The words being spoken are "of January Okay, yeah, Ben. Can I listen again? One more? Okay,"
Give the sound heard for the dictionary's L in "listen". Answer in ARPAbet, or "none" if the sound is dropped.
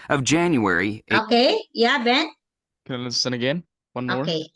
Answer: N